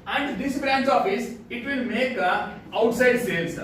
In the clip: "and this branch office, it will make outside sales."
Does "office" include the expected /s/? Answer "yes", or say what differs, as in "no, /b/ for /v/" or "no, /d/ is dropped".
yes